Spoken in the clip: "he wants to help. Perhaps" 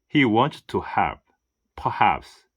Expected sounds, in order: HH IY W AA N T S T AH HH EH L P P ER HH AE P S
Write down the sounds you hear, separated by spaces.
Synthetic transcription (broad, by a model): HH IY W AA N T T AH HH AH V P P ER HH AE P S